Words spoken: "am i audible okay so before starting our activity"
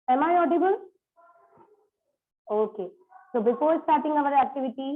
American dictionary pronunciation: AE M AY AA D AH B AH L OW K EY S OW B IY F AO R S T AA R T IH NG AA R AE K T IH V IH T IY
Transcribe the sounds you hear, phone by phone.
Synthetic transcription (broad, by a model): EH M AY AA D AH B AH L OW K EY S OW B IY P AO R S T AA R T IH NG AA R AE K T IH V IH T IY